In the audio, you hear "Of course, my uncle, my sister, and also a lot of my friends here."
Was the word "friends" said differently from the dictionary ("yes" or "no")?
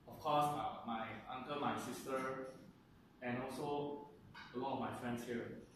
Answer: yes